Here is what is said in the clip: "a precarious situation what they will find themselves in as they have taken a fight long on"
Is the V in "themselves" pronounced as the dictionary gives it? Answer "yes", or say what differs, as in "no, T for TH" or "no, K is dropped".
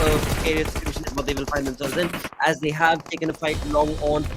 no, V is dropped